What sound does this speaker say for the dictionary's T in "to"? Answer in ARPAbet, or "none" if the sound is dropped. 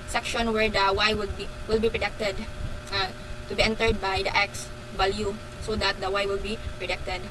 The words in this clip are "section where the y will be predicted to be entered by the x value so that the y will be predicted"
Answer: T